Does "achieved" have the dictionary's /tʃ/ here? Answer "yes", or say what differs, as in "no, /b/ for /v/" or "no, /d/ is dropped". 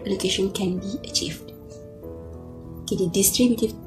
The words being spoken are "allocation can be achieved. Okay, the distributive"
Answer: yes